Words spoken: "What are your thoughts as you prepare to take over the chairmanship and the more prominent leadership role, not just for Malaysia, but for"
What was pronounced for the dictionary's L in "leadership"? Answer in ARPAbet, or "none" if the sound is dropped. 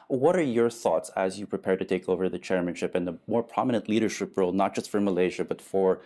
L